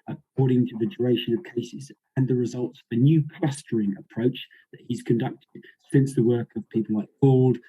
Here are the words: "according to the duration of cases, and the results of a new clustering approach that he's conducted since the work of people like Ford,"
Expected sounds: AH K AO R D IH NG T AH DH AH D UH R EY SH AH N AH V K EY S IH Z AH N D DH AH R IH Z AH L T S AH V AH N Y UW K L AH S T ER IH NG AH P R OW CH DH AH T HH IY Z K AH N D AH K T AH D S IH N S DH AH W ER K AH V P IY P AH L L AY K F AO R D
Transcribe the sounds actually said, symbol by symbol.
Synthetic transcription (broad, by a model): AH K AO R D IH NG T AH DH AH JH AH R EY SH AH N AH V K EY S IH Z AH N DH AH R IH Z AH L T S AH V AH N Y UW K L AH S T ER IH NG AH P R OW CH DH AH T HH IY Z K AH N D AH K T AH D S IH N S DH AH W ER K AH V P IY P AH L L AY K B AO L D